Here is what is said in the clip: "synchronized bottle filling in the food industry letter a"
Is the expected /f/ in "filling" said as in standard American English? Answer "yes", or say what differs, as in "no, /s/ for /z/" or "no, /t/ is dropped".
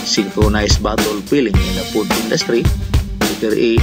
no, /p/ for /f/